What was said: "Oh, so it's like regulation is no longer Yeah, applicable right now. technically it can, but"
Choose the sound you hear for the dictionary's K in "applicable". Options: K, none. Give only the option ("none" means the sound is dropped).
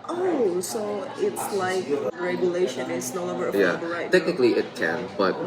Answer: none